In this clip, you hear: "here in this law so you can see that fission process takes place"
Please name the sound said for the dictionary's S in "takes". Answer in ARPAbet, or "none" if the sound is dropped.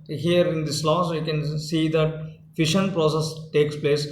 S